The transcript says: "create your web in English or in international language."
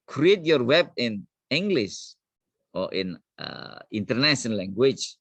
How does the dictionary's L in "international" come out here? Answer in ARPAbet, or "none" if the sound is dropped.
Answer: N